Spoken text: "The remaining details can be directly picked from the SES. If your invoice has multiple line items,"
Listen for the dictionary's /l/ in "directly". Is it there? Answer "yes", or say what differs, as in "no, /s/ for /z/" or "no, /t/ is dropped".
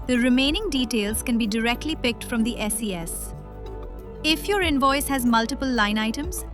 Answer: yes